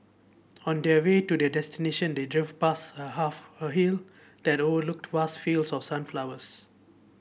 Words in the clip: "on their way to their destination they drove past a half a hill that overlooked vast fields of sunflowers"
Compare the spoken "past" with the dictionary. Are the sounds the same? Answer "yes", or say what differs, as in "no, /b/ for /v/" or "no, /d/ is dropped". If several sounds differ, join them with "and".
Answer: no, /t/ is dropped